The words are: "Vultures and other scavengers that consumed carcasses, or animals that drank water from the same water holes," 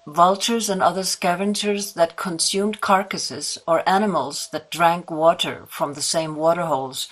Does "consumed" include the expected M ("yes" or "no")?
yes